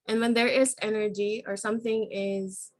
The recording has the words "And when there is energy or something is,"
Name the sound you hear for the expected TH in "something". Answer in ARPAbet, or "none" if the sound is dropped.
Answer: TH